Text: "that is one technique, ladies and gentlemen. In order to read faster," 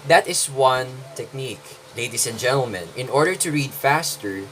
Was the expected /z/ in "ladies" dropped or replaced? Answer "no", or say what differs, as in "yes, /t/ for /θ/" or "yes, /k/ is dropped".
yes, /s/ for /z/